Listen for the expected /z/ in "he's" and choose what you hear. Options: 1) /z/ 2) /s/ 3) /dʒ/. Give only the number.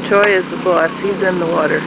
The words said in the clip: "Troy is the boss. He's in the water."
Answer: 1